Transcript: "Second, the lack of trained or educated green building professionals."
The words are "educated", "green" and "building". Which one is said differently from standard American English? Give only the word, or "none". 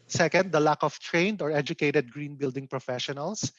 none